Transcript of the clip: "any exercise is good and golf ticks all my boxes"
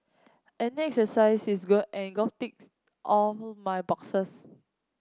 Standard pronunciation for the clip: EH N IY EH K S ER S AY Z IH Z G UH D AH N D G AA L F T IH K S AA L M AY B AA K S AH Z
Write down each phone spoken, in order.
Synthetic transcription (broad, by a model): EH N IY EH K S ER S AY S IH S G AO AH N G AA F T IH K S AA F M AY B AA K S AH S